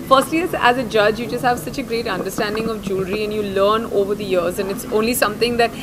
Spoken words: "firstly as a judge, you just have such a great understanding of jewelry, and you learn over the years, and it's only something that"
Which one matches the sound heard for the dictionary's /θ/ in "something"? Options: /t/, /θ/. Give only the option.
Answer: /t/